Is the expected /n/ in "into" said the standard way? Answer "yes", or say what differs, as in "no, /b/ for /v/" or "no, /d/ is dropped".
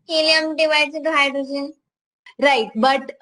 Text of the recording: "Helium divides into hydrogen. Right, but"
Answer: no, /n/ is dropped